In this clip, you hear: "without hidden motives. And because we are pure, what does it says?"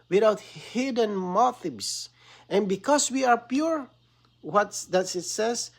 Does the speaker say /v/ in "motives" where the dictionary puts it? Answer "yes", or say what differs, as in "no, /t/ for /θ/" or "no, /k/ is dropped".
no, /b/ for /v/